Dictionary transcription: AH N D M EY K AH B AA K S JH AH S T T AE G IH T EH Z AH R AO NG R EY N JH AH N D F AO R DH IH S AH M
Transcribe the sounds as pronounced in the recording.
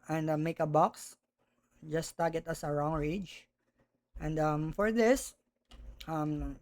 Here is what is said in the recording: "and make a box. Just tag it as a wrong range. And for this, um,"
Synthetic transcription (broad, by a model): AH N D M EY K AH B AA K S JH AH S T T G IH T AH S AH R AO NG R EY JH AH N D F AO R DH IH S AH M